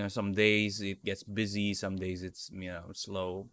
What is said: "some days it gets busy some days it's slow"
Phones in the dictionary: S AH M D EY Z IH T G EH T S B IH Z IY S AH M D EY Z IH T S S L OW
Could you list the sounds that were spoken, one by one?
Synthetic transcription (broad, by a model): S AH M D EY Z IH T G EH T S B IH Z IY S AH M D EY Z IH T S S L OW